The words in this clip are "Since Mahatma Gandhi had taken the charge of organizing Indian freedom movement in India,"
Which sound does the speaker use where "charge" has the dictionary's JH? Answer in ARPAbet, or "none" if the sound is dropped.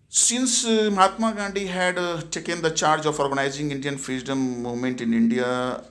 JH